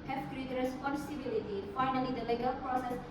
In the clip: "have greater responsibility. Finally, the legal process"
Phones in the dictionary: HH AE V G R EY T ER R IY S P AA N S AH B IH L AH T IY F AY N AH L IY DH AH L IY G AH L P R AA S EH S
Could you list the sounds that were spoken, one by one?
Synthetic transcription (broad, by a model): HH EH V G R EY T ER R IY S AA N S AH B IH L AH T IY F AY N AH L IY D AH L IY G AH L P R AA S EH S